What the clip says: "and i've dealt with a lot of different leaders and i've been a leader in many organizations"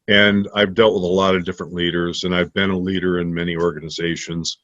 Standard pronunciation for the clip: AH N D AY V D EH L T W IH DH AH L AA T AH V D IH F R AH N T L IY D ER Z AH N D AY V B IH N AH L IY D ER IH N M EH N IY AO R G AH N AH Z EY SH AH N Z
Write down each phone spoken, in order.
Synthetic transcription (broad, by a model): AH N AY V D EH L T W IH DH AH L AA T AH V D IH F R AH N T L IY D ER Z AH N AY V B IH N AH L IY D ER IH N M EH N IY AO R G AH N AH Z EY SH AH N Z